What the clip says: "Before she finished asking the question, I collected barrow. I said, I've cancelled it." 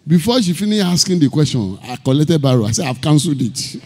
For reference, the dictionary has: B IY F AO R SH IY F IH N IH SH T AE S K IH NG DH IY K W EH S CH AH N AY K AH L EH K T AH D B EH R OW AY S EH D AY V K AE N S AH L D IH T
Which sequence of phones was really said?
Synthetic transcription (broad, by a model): B IY F AO SH IY F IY N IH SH AA S K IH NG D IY K W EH S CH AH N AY K AH L EH K T AH D B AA R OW AY S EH AY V K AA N S L D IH T